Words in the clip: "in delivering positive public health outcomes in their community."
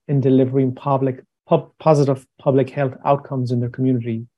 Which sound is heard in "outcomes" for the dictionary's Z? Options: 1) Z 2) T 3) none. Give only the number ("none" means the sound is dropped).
1